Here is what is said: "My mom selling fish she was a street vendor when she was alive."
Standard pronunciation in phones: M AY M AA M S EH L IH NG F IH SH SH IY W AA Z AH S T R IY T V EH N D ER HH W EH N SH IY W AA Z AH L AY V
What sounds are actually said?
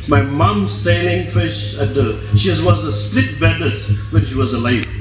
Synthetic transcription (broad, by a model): M AY M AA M S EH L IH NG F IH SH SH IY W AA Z AH S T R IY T B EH D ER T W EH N SH IY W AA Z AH L AY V